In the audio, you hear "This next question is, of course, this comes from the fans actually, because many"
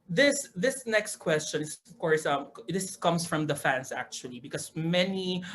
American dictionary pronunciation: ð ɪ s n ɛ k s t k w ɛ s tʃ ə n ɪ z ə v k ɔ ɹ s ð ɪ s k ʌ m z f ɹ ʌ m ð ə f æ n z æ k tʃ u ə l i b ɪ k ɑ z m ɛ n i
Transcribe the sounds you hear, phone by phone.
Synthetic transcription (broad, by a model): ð ɪ s n ɛ k s t k w ɛ s tʃ ə n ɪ s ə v k ɔ ɹ s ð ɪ s k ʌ m s f ɹ ʌ m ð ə f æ n s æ k tʃ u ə l i b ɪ k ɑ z m ɛ n i